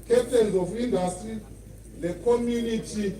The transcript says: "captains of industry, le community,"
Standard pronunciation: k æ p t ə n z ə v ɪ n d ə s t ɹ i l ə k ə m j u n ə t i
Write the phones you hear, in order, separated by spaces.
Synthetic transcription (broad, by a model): k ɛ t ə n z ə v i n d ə s t i n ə k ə m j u n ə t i